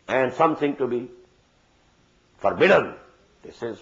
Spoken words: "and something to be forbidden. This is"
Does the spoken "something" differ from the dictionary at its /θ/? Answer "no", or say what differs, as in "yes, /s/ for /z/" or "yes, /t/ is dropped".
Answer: yes, /t/ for /θ/